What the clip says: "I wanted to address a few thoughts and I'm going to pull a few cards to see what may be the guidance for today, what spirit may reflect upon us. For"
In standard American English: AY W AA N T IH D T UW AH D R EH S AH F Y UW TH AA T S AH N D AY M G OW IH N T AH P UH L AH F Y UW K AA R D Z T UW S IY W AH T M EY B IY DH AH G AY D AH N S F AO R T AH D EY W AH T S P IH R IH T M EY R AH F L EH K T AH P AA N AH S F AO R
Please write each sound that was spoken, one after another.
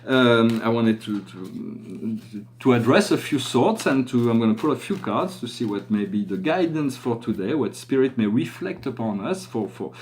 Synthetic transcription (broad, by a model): AY W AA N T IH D T UW AH D R EH S AH F Y UW S AA T S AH N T AY M G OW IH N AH P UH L AH F Y UW K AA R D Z T UW S IY W AH T M EY B IY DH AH G AY D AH N S F AO R T AH D EY W AH T S P IH R IH T M EY R AH F L EH K T AH P AA N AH S F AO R